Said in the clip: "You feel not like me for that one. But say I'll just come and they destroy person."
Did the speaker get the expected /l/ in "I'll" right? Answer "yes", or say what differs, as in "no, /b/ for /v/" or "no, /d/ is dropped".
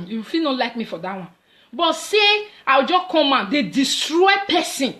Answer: no, /w/ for /l/